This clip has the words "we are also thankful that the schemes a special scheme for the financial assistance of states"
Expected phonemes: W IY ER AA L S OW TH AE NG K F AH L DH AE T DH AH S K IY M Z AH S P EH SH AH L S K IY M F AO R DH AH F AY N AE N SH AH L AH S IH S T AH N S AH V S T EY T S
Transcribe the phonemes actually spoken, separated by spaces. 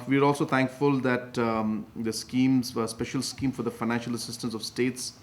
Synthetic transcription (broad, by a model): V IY ER AA L S OW T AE NG K F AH L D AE T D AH S K IY M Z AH S P EH SH AH L S K IY M F AO R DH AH F AY N AE N SH AH L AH S IH S T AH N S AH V S T EY T S